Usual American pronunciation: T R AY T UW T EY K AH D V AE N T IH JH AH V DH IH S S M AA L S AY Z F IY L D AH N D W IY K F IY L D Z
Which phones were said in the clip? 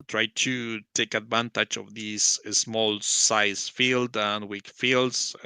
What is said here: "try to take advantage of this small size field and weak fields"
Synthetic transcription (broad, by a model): T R AY T UW T EY K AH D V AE N T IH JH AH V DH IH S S M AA L S AY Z F IY L D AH N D W IY K F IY L D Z